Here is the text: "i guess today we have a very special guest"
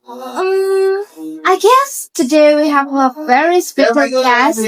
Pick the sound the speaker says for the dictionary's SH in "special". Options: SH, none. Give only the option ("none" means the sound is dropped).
none